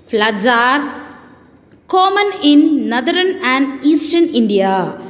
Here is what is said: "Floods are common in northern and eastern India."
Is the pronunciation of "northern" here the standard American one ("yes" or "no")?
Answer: no